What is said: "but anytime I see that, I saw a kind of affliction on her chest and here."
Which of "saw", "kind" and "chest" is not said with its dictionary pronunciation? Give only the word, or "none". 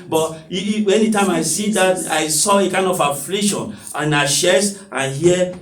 chest